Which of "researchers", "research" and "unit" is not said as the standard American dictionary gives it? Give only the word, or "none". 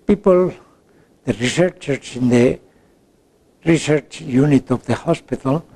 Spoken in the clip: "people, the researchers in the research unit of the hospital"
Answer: researchers